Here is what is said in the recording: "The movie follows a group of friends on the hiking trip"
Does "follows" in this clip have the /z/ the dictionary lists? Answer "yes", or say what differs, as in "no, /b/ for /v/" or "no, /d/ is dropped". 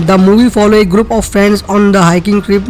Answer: no, /z/ is dropped